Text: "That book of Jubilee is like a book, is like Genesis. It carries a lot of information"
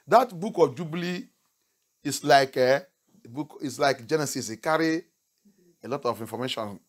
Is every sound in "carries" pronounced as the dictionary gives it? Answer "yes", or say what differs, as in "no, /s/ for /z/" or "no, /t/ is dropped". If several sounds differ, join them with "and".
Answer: no, /z/ is dropped